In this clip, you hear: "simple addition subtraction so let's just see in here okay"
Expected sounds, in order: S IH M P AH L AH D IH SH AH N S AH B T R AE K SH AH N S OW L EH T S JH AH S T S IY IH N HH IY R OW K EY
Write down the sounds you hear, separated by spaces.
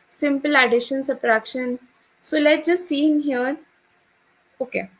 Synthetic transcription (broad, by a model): S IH M P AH L AH D IH SH AH N S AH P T R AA K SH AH N S OW L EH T JH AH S S IY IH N HH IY R OW K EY